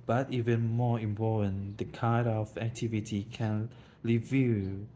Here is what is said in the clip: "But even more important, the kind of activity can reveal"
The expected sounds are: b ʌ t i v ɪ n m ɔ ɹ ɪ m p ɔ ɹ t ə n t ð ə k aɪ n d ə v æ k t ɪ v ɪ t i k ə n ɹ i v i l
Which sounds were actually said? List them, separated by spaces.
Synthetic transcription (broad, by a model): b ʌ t i v ɪ n m ɔ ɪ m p ɔ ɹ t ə n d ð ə k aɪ d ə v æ k t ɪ v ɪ t i k ə n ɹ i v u